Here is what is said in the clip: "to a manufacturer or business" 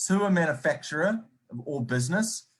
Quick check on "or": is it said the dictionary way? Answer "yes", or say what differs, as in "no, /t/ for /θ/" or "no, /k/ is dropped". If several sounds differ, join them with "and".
no, /l/ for /ɹ/